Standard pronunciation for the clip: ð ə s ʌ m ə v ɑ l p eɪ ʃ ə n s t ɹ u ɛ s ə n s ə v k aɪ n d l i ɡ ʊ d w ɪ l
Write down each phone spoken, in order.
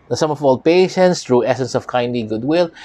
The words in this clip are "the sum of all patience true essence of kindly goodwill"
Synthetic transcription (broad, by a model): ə s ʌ m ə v ɑ l p eɪ ʃ ə n s t ɹ u ɛ s ə n s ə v k aɪ n d l i ɡ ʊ d w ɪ l